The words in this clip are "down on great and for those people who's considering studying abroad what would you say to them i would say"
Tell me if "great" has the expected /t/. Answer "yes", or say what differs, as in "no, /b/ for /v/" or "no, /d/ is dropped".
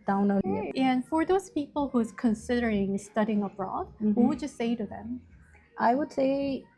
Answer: no, /t/ is dropped